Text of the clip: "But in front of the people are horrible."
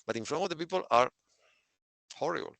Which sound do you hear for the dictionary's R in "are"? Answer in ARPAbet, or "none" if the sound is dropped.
R